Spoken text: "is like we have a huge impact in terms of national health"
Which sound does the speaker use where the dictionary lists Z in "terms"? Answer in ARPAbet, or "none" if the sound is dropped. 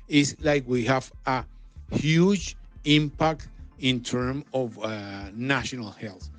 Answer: none